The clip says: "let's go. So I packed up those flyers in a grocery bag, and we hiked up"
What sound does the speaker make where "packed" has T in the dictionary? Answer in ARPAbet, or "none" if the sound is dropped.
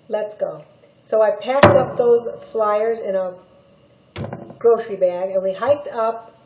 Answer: T